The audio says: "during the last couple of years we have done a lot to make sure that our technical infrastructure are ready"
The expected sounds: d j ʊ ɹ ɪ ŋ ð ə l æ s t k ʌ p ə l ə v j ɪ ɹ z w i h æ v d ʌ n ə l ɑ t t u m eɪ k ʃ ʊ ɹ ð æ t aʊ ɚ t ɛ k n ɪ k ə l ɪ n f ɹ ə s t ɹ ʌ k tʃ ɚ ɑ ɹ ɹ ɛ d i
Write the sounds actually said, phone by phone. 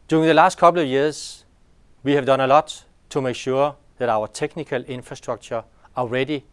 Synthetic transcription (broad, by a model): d j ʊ ɹ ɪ ŋ ð ə l æ s t k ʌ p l ə v j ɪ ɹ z w i h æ v d ʌ n ə l ɑ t t u m eɪ k ʃ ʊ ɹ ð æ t aʊ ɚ t ɛ k n ɪ k ə l ɪ n f ɹ ə s t ɹ ʌ k tʃ ɚ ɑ l ɹ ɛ d i